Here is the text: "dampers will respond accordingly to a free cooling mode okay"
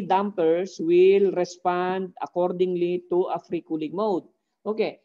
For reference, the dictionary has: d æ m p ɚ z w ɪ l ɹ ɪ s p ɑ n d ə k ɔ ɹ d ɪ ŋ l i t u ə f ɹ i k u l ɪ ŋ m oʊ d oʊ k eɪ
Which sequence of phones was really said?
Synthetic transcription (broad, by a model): d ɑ m p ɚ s w ɪ l ɹ ɪ s p ɑ n d ə k ɔ ɹ d ɪ ŋ l i t u ə f ɹ i k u l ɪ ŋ m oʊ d oʊ k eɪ